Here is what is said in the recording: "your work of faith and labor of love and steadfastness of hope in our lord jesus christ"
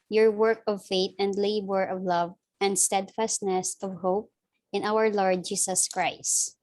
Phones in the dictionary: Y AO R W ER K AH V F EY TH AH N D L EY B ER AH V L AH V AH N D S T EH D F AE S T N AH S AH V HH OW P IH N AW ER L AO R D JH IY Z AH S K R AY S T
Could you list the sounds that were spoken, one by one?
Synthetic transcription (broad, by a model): Y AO R W ER K AH V F EY T AH N D L EY B ER AH V L AH V AH N D S T EH D F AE S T N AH S AH V HH OW P IH N AW ER L AO R D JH IY S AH S K R AY S T